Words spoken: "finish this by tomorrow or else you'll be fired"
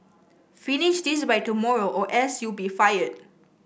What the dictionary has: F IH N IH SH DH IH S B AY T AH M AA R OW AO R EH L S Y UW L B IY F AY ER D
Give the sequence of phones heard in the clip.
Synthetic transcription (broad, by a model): F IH N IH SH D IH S B AY T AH M AA R OW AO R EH S Y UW B IY F AY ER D